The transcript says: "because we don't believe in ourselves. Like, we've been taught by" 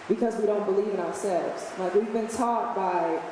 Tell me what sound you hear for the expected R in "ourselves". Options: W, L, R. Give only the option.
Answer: R